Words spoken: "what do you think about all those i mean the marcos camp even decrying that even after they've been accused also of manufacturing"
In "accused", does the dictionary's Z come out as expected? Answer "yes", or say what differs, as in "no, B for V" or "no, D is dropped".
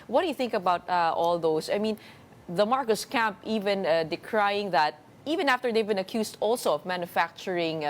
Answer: no, S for Z